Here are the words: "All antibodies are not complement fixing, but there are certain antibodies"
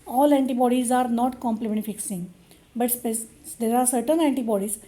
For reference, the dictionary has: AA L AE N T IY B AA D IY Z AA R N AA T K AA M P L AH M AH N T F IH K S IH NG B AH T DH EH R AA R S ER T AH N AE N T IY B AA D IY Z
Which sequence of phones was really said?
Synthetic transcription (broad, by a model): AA L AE N T IY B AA D IY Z AA R N AA T K AA M P L AH M AH N T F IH K S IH NG B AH T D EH R AA R S ER T AH N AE N T IY B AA D IY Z